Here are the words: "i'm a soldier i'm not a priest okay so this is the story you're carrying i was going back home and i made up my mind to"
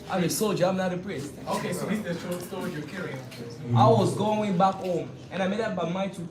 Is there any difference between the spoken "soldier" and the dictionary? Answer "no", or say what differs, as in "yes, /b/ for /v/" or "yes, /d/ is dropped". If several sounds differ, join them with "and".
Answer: no